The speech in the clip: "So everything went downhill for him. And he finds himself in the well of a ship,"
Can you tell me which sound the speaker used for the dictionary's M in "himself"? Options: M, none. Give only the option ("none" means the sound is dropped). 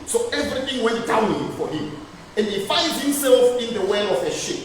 M